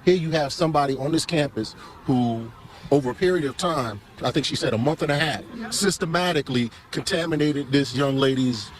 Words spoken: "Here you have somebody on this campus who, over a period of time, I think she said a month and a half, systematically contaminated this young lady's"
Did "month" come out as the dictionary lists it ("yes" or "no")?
yes